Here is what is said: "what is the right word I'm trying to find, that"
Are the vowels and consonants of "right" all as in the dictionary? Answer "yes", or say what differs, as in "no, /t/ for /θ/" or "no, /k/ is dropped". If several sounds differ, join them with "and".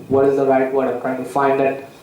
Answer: yes